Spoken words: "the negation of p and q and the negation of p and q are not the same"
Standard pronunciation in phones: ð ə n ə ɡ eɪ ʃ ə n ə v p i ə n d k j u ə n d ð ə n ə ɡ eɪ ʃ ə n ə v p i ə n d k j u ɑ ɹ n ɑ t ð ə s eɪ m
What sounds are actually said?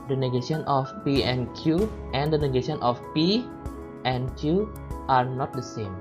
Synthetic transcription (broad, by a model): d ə n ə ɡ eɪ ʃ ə n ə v p i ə n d k j u ə n d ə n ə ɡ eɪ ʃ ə n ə f p i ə n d k j u ɑ ɹ n ɑ t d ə s eɪ m